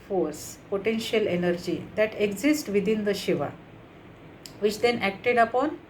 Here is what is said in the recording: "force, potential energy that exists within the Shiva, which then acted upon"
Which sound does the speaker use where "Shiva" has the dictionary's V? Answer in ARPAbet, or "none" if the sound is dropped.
V